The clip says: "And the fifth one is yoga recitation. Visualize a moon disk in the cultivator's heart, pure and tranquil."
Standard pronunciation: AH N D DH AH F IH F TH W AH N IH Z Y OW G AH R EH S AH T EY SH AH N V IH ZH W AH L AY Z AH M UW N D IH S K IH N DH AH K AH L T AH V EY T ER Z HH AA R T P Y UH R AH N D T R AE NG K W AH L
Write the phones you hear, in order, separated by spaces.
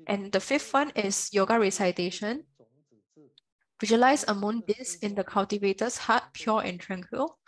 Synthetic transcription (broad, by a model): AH N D AH F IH F T W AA N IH S Y OW G AH R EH S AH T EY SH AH N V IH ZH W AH L AY S AH M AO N D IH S IH N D AH K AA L T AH V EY T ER S HH AA T P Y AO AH N T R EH NG K W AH L